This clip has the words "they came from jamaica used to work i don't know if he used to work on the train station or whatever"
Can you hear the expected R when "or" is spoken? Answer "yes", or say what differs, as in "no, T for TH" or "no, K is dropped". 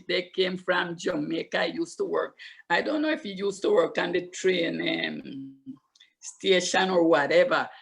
yes